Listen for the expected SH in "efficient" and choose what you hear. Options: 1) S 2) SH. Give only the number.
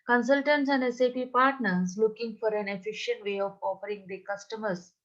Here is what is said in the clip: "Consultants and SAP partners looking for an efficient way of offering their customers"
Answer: 2